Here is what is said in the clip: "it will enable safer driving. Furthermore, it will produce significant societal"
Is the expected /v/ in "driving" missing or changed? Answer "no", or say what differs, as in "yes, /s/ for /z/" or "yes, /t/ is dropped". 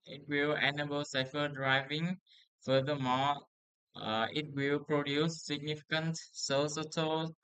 no